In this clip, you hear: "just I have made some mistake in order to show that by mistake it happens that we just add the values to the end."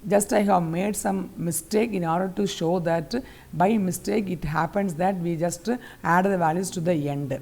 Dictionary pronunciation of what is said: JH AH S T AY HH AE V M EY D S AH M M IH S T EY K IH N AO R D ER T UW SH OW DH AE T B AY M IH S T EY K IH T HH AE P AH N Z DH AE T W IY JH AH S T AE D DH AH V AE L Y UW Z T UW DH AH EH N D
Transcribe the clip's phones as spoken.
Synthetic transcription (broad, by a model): JH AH S T AY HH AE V M EY D S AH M M IH S T EY K IH N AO R D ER T UW SH OW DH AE T B AY M IH S T EY K IH T HH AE P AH N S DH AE T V IY JH AH S T AE D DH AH V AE L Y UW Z T UW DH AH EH N D